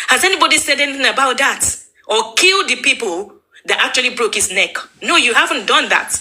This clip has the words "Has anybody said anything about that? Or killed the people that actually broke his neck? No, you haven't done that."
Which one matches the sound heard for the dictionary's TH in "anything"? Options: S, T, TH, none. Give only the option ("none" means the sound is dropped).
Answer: TH